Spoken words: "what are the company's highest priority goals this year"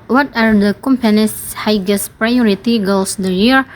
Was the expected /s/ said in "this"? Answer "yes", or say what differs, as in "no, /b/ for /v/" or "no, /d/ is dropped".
no, /s/ is dropped